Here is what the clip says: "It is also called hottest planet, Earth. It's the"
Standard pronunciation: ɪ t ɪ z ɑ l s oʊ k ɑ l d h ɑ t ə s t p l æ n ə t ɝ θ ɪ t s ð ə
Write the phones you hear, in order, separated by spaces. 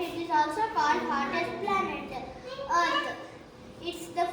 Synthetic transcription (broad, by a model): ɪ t ɪ z ɑ l s oʊ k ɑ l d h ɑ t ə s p l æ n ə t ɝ t ɪ t s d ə